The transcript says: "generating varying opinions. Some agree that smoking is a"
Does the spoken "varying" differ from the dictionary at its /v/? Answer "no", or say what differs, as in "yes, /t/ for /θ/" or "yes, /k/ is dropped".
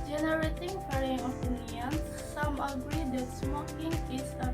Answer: yes, /p/ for /v/